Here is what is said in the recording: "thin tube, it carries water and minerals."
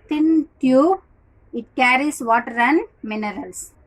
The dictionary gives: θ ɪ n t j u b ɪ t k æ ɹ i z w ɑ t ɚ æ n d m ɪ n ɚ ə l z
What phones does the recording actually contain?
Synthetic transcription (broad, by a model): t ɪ n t j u ɪ t k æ ɹ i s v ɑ t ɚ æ n m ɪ n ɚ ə l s